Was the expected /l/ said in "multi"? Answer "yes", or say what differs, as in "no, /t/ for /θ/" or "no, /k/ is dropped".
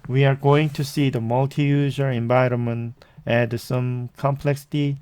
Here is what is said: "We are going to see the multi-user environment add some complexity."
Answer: yes